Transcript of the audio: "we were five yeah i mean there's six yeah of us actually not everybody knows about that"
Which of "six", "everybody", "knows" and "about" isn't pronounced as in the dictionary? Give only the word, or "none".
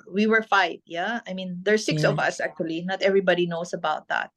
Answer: knows